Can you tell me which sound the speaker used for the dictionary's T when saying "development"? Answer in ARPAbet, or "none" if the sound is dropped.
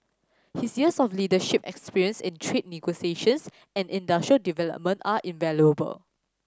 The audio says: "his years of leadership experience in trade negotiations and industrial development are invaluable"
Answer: T